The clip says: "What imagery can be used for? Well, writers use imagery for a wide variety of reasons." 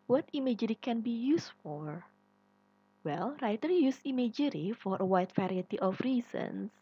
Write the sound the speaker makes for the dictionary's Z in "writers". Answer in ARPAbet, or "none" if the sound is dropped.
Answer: none